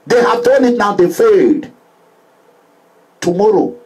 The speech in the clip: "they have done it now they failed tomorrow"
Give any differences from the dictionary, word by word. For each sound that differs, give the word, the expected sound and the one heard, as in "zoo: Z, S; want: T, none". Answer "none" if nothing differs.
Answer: failed: L, none